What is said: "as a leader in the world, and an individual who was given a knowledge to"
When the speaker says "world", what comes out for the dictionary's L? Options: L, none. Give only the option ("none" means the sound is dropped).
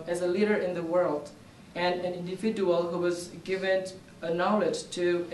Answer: L